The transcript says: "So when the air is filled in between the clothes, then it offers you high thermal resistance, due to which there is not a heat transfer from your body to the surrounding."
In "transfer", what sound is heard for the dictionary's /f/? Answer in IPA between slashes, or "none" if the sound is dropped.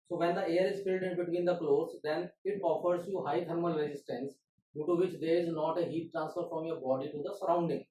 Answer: /f/